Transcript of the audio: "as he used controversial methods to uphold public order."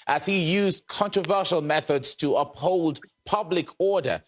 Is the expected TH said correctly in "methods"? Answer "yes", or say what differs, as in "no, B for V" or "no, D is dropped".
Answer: yes